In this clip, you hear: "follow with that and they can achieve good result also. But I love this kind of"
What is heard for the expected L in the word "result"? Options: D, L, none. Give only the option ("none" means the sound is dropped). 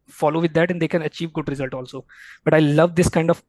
L